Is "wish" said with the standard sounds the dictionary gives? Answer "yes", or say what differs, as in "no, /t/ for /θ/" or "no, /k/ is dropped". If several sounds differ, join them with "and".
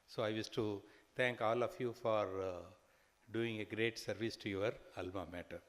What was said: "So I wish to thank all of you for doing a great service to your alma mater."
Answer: no, /s/ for /ʃ/